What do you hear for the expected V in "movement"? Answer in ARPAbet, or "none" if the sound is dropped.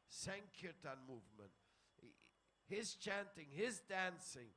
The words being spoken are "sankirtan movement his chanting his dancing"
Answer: V